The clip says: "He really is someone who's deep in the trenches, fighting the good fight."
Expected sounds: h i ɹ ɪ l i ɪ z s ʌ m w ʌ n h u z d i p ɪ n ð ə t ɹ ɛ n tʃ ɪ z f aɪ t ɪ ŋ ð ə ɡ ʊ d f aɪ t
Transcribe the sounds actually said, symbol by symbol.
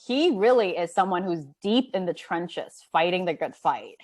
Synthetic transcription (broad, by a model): h i ɹ ɪ l i ɪ z s ʌ m w ʌ n h u z d i p ɪ n ð ə t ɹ ɛ n tʃ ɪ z f aɪ t ɪ ŋ ð ə ɡ ʊ d f aɪ t